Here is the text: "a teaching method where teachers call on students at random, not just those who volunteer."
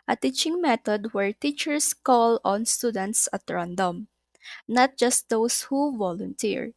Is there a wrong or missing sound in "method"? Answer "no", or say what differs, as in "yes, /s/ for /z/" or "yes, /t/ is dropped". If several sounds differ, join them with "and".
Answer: yes, /t/ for /θ/